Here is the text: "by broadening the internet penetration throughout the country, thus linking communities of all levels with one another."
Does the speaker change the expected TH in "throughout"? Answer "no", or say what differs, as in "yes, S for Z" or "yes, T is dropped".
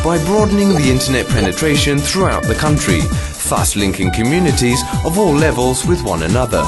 no